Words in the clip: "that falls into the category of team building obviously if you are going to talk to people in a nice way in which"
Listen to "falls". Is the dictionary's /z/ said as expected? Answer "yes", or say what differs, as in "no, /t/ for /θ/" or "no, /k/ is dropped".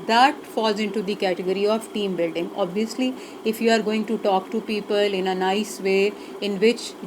yes